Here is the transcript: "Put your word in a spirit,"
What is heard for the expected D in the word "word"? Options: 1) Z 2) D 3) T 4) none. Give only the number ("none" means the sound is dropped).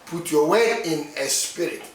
4